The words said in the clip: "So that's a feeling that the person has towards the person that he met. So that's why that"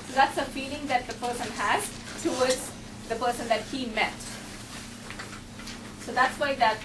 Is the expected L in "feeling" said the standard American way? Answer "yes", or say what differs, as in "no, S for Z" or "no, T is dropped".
yes